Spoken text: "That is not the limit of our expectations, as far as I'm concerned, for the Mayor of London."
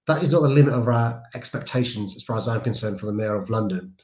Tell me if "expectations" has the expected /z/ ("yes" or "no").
yes